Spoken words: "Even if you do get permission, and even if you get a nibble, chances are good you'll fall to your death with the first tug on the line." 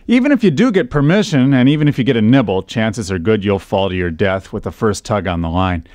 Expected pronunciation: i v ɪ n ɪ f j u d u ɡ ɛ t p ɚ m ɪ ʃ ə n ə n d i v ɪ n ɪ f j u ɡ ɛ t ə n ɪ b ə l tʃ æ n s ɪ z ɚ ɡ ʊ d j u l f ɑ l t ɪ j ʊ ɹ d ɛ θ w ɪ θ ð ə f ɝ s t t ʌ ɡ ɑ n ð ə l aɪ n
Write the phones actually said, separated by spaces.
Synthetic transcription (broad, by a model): i v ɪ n ɪ f j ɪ d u ɡ ɛ t p ɚ m ɪ ʃ ə n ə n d i v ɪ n ɪ f j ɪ ɡ ɛ t ə n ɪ b l tʃ æ n s ɪ z ɚ ɡ ʊ d j u l f ɑ l t ɪ j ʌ ɹ d ɛ θ w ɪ ð ə f ɝ s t t ʌ ɡ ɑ n ð ə l aɪ n